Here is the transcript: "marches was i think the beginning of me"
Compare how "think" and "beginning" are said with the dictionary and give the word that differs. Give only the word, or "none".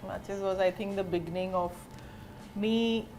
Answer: think